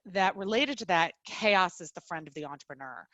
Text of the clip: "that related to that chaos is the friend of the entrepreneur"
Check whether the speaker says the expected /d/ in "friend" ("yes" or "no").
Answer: yes